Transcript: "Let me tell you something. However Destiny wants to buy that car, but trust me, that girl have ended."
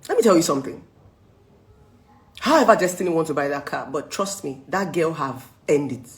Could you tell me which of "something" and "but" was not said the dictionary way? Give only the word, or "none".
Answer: none